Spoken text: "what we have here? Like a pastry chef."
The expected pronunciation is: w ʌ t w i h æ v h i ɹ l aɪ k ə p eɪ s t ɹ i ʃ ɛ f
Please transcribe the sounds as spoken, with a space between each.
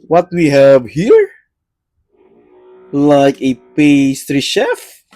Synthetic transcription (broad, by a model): w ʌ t w i h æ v h i ɹ l aɪ k ə p eɪ s t ɹ i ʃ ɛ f